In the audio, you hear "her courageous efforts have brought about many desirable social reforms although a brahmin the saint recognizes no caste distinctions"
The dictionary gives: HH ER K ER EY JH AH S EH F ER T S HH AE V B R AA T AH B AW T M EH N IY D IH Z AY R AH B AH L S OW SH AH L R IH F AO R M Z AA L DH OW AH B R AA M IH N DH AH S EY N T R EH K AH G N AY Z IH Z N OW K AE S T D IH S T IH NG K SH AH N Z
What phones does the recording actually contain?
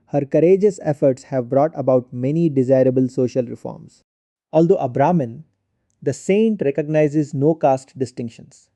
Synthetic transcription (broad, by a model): HH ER K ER EY JH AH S EH F ER T S HH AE V B R AA T AH B AW T M EH N IY D IH Z AY R AH B AH L S OW SH AH L R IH F AO R M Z AA L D OW AH B R AA M IH N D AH S EY N T R EH K AH G N AY Z IH Z N OW K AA S T D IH S T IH NG K SH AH N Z